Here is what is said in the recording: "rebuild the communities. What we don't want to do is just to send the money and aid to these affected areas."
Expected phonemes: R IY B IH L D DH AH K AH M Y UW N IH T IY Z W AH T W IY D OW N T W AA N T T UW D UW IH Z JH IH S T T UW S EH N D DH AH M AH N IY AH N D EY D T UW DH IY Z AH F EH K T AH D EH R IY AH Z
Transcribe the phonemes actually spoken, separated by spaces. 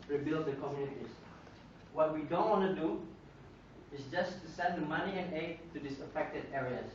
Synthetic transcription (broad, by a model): R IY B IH L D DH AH K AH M Y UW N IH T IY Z W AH T W IY D OW N T W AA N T T UW D UW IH S JH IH S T T UW S EH N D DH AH M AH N IY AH N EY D T UW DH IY S AH F EH K T AH D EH R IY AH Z